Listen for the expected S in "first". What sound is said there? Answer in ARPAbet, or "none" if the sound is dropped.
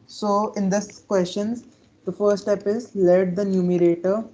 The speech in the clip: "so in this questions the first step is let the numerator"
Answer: none